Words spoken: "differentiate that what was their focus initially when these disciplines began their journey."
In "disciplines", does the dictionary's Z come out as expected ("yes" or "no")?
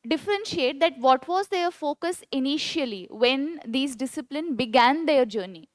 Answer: no